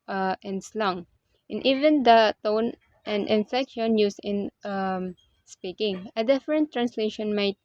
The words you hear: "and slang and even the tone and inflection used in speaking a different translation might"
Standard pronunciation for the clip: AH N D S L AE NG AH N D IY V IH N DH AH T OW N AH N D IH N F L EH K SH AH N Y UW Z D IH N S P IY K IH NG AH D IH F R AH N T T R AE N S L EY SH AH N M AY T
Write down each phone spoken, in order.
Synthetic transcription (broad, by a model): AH N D S L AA NG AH N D IY V IH N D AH T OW N AH N D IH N F EH K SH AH N Y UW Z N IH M S P IY K IH NG AH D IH F R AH N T T R AE N S L EY SH AH N M AY T